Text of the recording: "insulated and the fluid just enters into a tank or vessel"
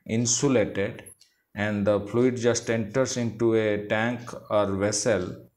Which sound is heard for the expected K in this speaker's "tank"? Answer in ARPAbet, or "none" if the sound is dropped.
K